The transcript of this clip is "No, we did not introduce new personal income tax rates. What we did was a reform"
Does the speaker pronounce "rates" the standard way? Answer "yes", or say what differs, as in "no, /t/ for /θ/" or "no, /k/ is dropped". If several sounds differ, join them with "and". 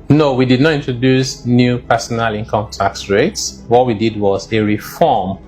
yes